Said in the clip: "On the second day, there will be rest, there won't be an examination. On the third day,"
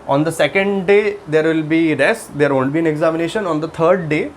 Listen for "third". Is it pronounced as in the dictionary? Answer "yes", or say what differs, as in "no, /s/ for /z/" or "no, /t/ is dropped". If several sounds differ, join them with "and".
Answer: no, /t/ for /θ/